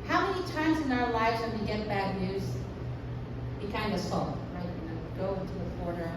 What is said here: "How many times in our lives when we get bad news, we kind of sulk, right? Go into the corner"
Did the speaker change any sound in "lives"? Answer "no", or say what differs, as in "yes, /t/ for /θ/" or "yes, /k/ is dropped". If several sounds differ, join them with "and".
no